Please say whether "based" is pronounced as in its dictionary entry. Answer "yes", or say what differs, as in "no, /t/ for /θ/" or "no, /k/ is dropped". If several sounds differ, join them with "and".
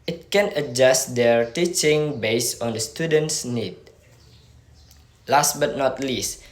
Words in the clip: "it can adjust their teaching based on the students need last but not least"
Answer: no, /t/ is dropped